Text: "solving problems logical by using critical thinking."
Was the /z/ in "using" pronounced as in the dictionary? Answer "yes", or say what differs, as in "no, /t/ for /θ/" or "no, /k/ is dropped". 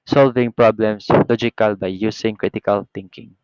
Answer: no, /s/ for /z/